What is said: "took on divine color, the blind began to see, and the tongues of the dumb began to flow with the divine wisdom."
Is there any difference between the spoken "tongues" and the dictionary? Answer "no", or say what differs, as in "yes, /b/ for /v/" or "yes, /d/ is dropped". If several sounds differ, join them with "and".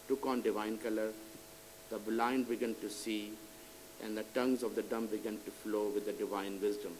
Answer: no